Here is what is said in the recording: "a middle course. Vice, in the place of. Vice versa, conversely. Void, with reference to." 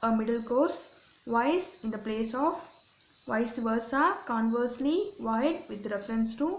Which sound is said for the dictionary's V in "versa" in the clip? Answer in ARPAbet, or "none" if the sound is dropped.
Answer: V